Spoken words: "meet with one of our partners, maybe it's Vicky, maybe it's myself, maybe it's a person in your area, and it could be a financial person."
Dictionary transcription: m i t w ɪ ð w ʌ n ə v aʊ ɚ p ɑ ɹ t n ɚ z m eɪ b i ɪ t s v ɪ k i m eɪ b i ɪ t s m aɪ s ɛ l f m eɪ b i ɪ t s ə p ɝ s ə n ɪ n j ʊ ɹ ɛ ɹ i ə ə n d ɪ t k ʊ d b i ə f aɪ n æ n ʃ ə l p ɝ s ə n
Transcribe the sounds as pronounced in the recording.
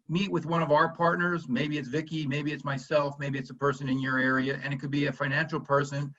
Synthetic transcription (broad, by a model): m i t w ɪ ð w ʌ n ə v aʊ ɚ p ɑ ɹ t n ɚ z m eɪ b i ɪ t s v ɪ k i m eɪ b i ɪ t s m aɪ s ɛ l f m eɪ b i ɪ t s ə p ɝ s ə n ɪ n j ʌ ɹ ɛ ɹ i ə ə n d ɪ t k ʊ d b i ə f aɪ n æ n ʃ l p ɝ s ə n